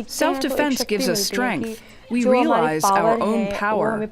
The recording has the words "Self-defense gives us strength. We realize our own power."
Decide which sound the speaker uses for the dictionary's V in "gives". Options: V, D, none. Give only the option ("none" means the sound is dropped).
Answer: V